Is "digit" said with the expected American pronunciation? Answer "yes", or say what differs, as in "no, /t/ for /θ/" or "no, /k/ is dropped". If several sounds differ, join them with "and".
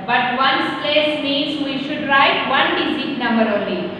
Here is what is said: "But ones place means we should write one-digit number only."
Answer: no, /z/ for /dʒ/